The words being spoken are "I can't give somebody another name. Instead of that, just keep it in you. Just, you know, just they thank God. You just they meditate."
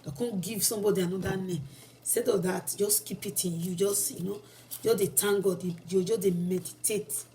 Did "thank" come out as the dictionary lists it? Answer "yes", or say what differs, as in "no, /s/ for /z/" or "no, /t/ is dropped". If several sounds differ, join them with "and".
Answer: no, /t/ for /θ/